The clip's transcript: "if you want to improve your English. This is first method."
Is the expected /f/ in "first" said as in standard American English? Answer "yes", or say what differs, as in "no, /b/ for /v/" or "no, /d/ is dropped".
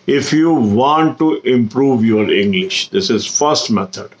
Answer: yes